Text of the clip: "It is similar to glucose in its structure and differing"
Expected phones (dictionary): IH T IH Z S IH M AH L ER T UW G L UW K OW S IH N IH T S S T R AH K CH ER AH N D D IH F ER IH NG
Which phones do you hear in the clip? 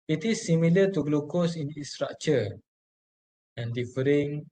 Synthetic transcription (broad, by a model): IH T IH S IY M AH L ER T UW G L UW K OW S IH N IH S S T R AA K CH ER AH N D D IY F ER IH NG